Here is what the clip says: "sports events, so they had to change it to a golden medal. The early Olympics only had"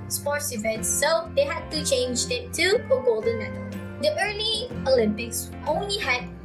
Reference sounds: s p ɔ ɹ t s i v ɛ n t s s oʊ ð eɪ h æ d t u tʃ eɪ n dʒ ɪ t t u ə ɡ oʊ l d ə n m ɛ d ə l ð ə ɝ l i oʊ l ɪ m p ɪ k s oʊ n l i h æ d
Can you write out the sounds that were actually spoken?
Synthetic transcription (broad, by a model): s p ɔ ɹ t s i v ɛ n t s s oʊ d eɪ h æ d t u tʃ eɪ n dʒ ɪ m t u ə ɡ oʊ l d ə n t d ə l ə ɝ l i oʊ l ɪ m p ɪ k s oʊ n l i h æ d